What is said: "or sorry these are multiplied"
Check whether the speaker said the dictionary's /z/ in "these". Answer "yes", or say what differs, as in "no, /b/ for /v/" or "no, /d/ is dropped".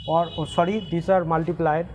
no, /s/ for /z/